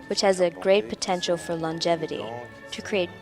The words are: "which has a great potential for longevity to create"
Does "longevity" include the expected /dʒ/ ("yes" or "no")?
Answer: yes